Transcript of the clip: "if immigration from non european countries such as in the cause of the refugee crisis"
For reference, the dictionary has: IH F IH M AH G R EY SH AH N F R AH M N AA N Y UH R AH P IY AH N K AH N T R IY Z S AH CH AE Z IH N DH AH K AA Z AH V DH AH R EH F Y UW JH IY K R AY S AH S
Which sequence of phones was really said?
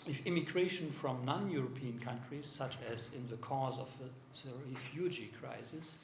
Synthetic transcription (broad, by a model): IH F IH M AH G R EY SH AH N F R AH M N AA N Y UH R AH P IY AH N K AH N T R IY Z S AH CH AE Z IH N DH AH K AA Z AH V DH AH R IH F Y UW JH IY K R AY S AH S